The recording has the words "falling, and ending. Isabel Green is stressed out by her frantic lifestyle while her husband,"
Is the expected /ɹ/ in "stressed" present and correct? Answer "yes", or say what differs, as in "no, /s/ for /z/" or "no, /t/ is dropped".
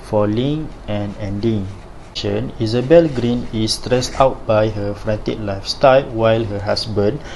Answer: yes